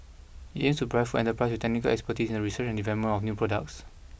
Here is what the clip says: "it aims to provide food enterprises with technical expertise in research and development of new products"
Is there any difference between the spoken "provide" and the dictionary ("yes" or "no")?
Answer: yes